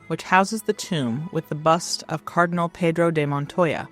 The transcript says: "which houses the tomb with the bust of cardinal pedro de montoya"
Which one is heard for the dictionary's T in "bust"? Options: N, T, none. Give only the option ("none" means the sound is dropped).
T